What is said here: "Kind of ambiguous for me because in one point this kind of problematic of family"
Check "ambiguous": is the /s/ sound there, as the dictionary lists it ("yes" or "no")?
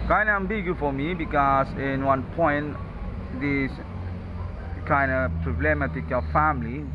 no